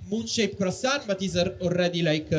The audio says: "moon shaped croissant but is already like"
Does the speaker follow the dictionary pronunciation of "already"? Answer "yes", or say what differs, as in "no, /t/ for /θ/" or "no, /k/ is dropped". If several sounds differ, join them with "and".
no, /l/ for /ɹ/